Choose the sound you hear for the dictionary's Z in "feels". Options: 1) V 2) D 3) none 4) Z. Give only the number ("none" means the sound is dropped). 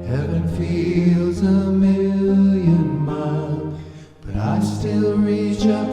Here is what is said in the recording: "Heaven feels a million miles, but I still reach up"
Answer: 4